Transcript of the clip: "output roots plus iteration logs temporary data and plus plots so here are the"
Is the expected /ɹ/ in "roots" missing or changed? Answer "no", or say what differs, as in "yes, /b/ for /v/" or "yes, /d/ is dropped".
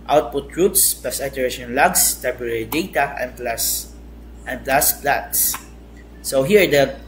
no